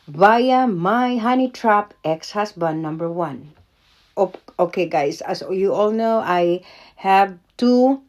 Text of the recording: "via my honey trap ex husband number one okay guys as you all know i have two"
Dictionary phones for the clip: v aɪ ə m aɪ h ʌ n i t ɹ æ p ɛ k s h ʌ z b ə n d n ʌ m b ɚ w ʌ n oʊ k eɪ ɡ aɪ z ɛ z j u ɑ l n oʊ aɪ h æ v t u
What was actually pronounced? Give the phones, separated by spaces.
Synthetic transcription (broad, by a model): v aɪ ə m aɪ h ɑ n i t ɹ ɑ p ɛ k s h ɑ s b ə n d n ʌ m b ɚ w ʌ n oʊ k eɪ ɡ aɪ s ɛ s j u ɑ l n oʊ aɪ h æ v t u